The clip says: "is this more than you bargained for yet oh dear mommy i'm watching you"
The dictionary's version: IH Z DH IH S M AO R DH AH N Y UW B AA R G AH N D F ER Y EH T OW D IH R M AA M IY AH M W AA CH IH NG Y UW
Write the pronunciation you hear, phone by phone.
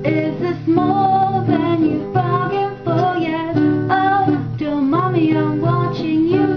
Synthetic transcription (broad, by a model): IH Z DH IH S M AO L DH AH N Y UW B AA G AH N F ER Y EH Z OW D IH L M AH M IY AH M W AA CH IH NG Y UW